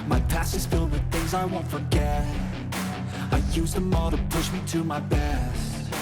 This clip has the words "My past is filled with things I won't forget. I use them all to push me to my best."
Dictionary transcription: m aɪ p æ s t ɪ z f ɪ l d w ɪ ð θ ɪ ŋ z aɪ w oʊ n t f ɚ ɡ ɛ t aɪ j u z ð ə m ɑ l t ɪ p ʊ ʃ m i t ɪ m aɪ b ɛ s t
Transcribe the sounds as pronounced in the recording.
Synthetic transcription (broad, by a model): m aɪ p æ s ɪ z f ɪ l d w ɪ ð θ ɪ ŋ z aɪ w oʊ n t f ɚ ɡ ɛ t aɪ j u z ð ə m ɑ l t ɪ p ʊ ʃ m i t ɪ m aɪ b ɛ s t